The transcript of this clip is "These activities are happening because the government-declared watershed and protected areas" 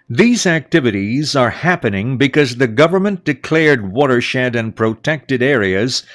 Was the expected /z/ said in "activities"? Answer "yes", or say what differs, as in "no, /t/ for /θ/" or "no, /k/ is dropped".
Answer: yes